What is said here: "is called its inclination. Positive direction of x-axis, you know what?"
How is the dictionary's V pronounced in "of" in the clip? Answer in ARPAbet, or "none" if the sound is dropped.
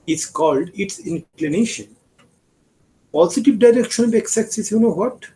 B